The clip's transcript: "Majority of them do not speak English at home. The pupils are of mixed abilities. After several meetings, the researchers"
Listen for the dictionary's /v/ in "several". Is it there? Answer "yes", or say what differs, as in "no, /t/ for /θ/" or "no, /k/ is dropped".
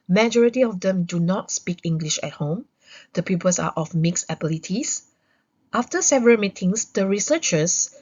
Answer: yes